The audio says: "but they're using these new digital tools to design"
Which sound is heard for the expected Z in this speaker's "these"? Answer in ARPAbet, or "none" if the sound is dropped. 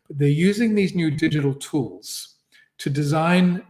Z